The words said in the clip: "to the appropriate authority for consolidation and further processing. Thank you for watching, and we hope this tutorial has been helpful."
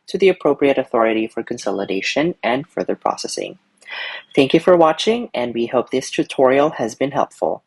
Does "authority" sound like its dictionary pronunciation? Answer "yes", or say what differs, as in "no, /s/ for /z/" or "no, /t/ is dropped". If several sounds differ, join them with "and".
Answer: yes